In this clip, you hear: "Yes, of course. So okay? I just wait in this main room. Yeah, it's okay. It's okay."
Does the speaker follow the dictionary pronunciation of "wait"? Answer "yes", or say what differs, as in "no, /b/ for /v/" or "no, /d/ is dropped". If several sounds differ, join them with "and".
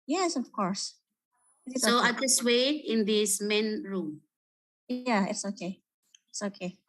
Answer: no, /t/ is dropped